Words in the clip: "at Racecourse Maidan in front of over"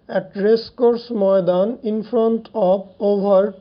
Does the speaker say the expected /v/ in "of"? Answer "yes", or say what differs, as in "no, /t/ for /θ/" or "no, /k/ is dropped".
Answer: no, /b/ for /v/